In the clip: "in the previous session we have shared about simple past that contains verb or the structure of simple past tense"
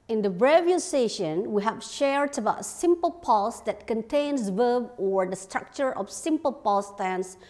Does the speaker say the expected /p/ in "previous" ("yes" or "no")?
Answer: no